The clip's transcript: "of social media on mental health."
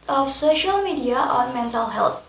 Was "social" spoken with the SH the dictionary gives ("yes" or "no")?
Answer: yes